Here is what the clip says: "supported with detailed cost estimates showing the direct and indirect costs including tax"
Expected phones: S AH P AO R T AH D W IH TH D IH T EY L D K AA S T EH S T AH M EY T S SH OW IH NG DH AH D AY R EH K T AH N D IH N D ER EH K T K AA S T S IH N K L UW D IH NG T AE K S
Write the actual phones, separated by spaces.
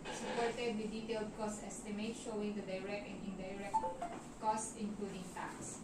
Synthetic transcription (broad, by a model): S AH P AO R T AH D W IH D IH T EY L D K AA S T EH S T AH M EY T SH OW IH NG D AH D AY R EH K T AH N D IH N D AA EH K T K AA S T IH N K L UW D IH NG T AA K S